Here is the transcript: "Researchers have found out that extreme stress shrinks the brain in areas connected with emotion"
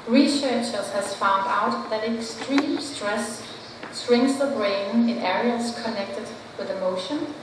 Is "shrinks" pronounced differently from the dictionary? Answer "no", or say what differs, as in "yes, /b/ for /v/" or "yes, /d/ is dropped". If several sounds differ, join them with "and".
yes, /s/ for /ʃ/